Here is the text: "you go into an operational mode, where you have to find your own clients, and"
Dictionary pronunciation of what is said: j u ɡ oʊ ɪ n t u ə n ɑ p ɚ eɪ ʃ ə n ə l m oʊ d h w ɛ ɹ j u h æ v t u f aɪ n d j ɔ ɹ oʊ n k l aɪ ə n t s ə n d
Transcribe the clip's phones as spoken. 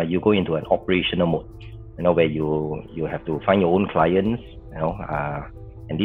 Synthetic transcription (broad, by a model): j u ɡ oʊ ɪ n t u ə n ɑ p ɚ eɪ ʃ ə n ə l m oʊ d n w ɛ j j u h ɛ f t u f aɪ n j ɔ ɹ oʊ n k l aɪ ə n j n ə n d